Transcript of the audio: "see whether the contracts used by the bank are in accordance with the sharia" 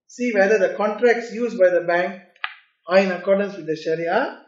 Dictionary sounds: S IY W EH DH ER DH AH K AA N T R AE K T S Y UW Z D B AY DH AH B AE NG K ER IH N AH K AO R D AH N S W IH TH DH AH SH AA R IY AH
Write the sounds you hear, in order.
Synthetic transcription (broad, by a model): S IY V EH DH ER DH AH K AA N T R AE K T S Y UW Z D B AY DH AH B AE NG K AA IH N AH K AO R D AH N S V IH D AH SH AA R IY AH